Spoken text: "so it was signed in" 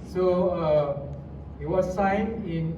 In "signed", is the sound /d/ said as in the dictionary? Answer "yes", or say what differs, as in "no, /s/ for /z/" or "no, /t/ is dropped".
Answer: no, /d/ is dropped